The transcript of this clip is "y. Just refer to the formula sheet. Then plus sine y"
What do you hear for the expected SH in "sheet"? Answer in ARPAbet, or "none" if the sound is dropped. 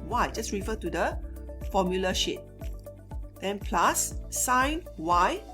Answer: SH